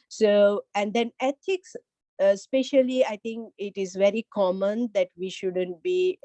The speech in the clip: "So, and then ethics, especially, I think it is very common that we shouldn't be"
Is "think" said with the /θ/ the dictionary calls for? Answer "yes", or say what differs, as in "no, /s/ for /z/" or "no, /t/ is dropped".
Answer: no, /t/ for /θ/